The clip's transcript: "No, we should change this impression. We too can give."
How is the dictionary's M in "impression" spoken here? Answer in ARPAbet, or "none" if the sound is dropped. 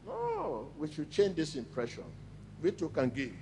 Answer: M